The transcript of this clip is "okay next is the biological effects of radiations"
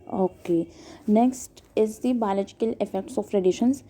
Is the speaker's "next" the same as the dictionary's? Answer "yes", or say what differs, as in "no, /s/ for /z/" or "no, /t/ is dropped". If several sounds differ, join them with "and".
yes